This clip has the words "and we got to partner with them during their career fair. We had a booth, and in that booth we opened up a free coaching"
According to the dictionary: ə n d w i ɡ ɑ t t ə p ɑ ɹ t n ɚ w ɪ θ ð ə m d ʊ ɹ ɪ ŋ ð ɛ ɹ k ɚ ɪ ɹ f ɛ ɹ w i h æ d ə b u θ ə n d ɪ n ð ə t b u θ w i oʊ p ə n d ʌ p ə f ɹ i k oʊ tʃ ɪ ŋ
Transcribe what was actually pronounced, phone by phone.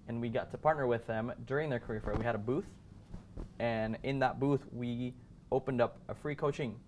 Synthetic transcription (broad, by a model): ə n w i ɡ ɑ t t ə p ɑ ɹ t n ɚ w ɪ ð ə m d ʊ ɹ ɪ ŋ ð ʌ ɹ k ɚ ɪ ɹ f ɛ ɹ w i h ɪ d ə b u θ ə n ɪ n ð ə t b u θ w i oʊ p ə n d ʌ p ə f ɹ i k oʊ tʃ ɪ ŋ